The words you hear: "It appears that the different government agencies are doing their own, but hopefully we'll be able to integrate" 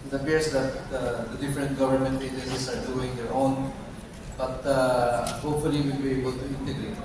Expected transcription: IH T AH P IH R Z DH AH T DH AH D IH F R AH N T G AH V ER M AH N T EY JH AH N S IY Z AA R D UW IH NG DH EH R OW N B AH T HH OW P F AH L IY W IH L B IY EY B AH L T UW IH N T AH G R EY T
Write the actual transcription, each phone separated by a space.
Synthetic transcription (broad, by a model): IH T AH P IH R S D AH T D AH D IH F R AH N T G AH V ER M AH N T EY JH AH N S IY S AA R D UW IH NG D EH R OW N B AH T HH OW P F AH L IY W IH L B IY EY B AH L T UW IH N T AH G R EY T